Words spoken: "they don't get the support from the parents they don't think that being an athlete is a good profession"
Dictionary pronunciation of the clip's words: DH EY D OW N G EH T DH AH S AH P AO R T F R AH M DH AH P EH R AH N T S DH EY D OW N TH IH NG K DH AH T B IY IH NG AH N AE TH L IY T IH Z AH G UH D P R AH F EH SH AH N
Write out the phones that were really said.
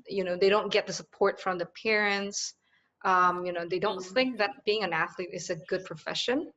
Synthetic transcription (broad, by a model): DH EY D OW N G EH T DH AH S AH P AO R T F R AH M DH AH P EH R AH N T S DH EY D OW N TH IH NG K DH AH T B IY IH NG AH N AE TH L IY T IH Z AH G UH D P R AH F EH SH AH N